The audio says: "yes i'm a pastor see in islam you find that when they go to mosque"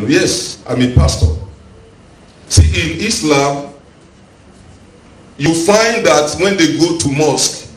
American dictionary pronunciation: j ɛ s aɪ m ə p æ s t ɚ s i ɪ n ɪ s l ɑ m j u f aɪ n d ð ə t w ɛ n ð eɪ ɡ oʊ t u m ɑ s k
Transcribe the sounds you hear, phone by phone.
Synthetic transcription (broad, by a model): j ɛ s aɪ m ə p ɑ s t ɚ s i ɪ n ɪ s l ɑ m j u f aɪ n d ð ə t w ɛ n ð eɪ ɡ oʊ t u m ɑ s k